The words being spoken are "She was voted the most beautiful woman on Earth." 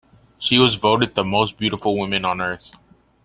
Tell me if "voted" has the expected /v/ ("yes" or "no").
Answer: yes